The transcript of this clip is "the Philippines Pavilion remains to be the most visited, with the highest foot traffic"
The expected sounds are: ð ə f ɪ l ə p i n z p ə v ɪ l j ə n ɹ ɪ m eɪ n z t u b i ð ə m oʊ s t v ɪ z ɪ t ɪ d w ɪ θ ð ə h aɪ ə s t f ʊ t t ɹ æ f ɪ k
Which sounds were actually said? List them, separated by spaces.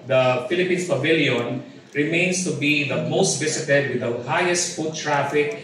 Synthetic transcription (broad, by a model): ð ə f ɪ l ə p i n s p ə v ɪ l j ə n ɹ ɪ m eɪ n s t u b i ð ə m oʊ s t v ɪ s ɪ t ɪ d w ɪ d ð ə h aɪ ə s t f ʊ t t ɹ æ f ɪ k